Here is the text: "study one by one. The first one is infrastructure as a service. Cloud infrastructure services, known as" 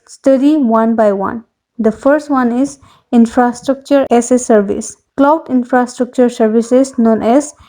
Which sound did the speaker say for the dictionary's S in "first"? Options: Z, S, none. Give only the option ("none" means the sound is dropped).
S